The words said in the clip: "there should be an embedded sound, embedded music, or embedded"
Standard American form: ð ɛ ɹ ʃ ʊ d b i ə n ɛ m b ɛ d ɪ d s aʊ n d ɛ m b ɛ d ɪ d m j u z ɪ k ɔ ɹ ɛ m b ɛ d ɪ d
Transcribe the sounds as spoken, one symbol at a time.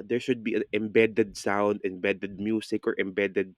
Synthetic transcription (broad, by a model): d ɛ ɹ ʃ ʊ d b i ə n ɛ m b ɛ d ɪ d s aʊ n d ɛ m b ɛ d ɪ d m j u s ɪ k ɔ ɹ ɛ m b ɛ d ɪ d